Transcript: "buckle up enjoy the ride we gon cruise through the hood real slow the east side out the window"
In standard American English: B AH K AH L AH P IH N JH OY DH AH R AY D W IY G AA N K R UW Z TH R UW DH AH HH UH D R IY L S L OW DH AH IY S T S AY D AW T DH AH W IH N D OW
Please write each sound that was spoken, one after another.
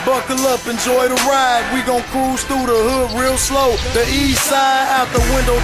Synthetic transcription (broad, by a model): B AH K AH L AH P IH N JH OY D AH R AY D W IY G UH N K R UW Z TH R UW DH AH HH UH D R IY L S L OW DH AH IY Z S AY D AW T DH AH W IH N D OW